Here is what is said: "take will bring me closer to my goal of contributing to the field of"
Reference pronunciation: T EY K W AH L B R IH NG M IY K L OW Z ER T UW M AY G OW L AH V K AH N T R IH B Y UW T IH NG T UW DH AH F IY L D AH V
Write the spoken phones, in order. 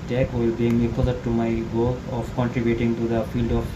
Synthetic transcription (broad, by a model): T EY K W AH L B IY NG M IY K OW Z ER T UW M AY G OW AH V K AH N T R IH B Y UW T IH NG T UW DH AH F IY L D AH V